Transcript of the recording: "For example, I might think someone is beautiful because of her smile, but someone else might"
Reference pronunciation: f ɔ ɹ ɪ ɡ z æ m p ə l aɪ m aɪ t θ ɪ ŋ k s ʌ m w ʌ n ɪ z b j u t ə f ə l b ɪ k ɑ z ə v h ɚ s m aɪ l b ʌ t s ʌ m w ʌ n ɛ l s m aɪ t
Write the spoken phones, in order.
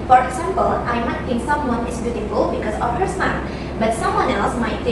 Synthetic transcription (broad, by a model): f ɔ ɹ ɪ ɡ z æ m p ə l aɪ m aɪ t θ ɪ ŋ k s ʌ m w ʌ n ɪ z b j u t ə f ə l b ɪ k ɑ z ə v h ɚ s aɪ n b ʌ t s ʌ m w ʌ n ɛ l s m aɪ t